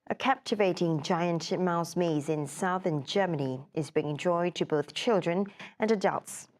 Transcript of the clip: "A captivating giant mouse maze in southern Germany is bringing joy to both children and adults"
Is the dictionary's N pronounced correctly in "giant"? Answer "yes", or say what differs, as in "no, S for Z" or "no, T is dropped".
yes